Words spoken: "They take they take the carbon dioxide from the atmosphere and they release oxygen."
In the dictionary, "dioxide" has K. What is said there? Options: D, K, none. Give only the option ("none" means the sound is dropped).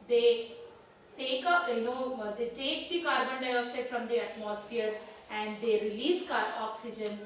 none